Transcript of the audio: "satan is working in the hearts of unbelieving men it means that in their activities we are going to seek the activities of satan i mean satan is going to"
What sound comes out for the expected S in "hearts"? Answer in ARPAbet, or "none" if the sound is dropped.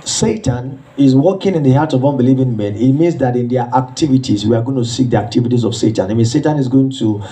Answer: none